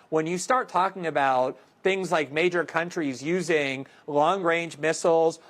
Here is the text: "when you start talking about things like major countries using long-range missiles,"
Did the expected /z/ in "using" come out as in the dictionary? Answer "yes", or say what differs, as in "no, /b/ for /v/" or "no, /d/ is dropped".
yes